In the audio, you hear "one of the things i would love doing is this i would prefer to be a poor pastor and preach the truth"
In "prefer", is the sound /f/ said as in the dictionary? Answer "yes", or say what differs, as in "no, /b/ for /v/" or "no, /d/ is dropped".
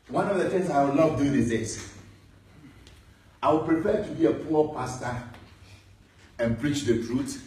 no, /p/ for /f/